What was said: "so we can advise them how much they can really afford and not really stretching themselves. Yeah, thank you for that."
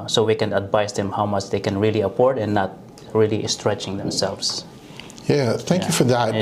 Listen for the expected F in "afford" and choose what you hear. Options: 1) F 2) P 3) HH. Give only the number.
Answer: 2